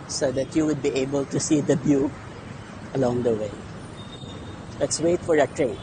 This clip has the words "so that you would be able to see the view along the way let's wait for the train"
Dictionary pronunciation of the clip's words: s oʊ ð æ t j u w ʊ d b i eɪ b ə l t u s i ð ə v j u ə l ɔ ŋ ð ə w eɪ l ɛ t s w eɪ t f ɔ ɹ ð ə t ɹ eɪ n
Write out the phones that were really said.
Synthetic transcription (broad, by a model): s oʊ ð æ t j u w ʊ d b i eɪ b ə l t u s i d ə b j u ə l ɔ ŋ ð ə w eɪ l ɛ t s w eɪ t f ɔ ɹ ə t ɹ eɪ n